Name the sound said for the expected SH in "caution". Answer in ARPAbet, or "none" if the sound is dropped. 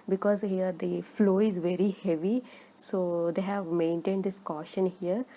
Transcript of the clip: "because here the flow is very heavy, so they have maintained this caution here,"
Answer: SH